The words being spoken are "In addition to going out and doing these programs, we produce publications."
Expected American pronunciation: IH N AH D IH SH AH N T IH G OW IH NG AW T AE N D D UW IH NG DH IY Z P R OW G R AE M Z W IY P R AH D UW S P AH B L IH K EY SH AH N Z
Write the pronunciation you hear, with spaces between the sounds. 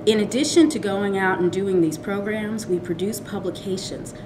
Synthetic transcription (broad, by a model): IH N AH D IH SH AH N T IH G OW IH NG AW T N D D UW IH NG DH IY Z P R OW G R AE M Z W IY P R AH D UW S P AH B L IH K EY SH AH N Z